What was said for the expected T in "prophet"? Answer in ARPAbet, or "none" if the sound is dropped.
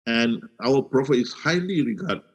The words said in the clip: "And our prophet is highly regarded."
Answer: none